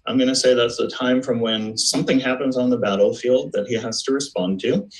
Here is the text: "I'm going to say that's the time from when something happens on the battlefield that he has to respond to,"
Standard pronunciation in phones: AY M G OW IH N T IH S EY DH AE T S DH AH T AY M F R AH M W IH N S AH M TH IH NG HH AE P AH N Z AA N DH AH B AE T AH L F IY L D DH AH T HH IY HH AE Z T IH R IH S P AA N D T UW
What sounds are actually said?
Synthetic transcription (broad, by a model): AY M G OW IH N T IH S EY DH AE T S DH AH T AY M F R AH M W IH N S AH M TH IH NG HH AE P AH N Z N DH AH B AE T L F IY L D DH AH T HH IY HH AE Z T IH R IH S P AA N T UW